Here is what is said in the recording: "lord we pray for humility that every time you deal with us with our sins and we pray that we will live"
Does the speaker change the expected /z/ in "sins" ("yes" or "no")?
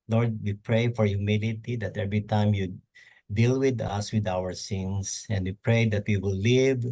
yes